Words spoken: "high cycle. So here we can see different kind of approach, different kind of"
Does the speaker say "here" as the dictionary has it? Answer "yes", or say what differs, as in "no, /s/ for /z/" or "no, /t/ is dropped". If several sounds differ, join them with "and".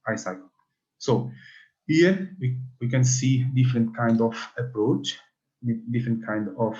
no, /w/ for /ɹ/